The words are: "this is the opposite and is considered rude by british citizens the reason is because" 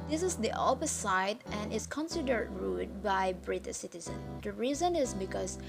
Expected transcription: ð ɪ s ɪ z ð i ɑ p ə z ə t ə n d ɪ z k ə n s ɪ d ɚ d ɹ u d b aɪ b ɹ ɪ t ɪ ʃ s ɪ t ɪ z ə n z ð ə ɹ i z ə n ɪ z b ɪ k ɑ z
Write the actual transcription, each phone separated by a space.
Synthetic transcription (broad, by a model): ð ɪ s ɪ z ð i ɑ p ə s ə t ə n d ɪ s k ə n s ɪ d ɚ d ɹ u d b aɪ b ɹ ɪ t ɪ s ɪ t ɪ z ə n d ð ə ɹ i z ə n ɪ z b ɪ k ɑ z